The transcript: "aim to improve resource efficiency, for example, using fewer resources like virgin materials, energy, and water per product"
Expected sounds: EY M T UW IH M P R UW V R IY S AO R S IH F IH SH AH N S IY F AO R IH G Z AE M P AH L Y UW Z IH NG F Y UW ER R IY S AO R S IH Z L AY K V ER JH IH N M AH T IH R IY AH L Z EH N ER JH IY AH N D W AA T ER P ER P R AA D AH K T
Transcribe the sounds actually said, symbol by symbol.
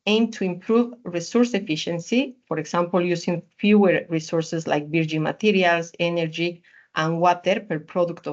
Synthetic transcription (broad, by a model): EY M T UW IH M P R UW V R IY S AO R S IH F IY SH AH N S IY F AO R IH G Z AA M P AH L Y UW S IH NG F Y UW ER R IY S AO R S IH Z L AY K B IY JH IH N M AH T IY R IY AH L S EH N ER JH IY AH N W AA T ER P ER P R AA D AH K T